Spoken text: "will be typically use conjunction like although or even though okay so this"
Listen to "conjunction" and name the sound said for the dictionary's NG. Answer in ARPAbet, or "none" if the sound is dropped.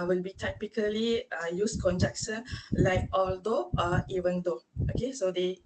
none